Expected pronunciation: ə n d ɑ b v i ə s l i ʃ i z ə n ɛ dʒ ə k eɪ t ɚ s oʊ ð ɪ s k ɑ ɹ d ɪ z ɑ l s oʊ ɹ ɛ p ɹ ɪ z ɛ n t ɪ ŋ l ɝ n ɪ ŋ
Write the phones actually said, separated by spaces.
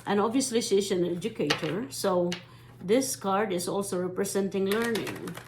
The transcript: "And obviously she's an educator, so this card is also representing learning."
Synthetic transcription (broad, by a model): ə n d ɑ b v i ə s l i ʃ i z ə n ɛ dʒ ə k eɪ t ɚ s oʊ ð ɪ s k ɑ ɹ d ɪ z ɑ l s oʊ ɹ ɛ p ɹ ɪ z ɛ n t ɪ ŋ l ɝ n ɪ ŋ